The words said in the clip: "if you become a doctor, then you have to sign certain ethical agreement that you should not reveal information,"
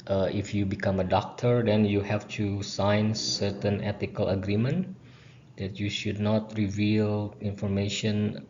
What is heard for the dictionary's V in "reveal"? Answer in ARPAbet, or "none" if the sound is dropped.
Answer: V